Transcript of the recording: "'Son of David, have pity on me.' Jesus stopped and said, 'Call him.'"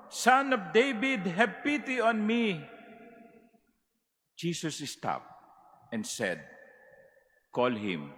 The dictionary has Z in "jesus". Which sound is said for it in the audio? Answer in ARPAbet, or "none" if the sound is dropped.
S